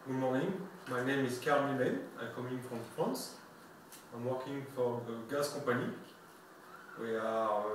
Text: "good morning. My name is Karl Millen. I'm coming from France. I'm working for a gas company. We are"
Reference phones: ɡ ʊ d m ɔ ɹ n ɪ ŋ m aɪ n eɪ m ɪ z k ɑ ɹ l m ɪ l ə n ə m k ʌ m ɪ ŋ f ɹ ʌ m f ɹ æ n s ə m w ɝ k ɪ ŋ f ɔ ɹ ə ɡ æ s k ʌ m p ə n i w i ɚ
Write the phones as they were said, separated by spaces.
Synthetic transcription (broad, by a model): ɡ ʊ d m ɔ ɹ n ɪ ŋ m aɪ n eɪ m ɪ z k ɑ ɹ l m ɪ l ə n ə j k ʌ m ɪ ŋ f ɹ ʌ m f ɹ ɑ n s ə m w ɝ k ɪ ŋ f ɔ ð ə ɡ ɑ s k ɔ p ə n i w i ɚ